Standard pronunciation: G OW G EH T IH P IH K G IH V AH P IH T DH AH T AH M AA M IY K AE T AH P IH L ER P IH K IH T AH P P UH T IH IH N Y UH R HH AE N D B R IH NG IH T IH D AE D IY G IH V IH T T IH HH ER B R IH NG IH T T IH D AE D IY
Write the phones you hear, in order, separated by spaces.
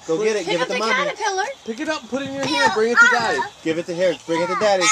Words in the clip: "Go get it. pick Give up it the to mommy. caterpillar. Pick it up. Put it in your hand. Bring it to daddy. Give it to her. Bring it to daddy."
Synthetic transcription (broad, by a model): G OW G EH T IH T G G IH V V IH T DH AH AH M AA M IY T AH L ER P IH K IH T AH P P UH T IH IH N Y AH R HH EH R B R IH NG IH T IH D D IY G IH V IH T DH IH HH ER B R IH NG IH T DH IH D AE D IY